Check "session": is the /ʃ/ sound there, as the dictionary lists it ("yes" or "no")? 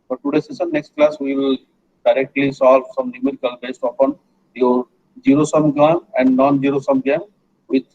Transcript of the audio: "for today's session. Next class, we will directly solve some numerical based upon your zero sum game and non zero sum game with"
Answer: no